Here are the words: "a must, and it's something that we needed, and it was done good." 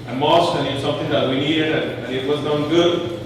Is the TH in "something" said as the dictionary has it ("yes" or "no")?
no